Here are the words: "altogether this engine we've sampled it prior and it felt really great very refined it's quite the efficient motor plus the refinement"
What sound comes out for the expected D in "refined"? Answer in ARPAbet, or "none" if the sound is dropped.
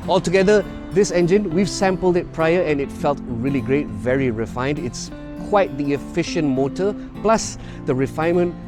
D